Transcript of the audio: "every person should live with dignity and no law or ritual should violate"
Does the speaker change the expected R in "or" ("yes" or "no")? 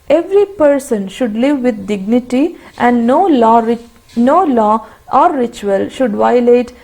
yes